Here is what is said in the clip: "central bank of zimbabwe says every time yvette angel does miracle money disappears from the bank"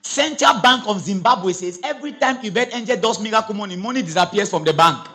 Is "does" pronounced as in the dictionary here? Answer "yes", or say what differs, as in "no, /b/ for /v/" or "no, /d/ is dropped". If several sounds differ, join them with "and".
no, /s/ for /z/